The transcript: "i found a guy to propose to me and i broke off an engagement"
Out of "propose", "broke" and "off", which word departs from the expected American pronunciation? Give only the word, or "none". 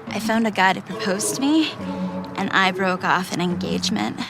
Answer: none